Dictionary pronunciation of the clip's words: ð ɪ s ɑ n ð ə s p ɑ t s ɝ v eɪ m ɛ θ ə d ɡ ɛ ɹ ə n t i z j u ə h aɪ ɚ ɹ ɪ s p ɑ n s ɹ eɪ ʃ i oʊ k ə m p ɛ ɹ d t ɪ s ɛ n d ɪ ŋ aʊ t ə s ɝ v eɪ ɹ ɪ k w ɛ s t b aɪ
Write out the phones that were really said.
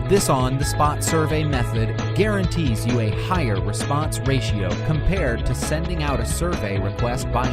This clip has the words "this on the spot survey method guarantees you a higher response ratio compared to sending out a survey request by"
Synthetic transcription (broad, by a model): ð ɪ s n ð ə s p ɑ t s ɝ v eɪ m ɛ θ ə d ɡ ɛ ɹ ə n t i z j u ə h aɪ ɚ ɹ ɪ s p ɑ n s ɹ eɪ ʃ i oʊ k ə m p ɛ ɹ d t ɪ s ɛ n d ɪ ŋ aʊ t ə s ɝ v eɪ ɹ ɪ k w ɛ s t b aɪ